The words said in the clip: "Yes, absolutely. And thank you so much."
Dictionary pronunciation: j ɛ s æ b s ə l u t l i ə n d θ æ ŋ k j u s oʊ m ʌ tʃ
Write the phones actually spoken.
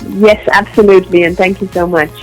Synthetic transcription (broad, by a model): j ɛ s æ b s ə l u t l i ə n θ æ ŋ k j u s oʊ m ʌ tʃ